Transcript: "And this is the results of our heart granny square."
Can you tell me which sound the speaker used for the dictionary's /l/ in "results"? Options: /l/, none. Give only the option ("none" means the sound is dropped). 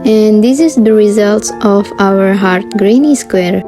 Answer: /l/